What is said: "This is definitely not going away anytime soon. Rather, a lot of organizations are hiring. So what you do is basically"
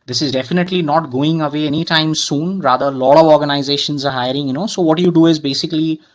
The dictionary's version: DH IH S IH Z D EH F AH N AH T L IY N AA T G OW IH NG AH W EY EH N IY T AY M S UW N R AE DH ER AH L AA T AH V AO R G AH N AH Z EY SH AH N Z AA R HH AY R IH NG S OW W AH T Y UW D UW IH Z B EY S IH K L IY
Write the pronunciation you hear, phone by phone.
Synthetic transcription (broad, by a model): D IH S IH Z D EH F AH N AH T L IY N AA T G OW IH NG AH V EY EH N IY T AY M S UW N R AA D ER AH L AA T AH V AO R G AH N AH Z EY SH AH N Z AA R HH AY R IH NG S OW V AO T Y UW D UW IH Z B EY S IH K L IY